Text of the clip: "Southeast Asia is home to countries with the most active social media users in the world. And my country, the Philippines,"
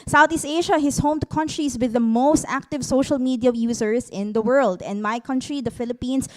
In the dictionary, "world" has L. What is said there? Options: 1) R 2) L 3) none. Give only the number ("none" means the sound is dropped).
2